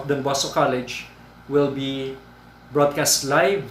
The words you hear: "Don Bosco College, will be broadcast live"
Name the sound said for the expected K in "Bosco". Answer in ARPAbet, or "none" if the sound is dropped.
none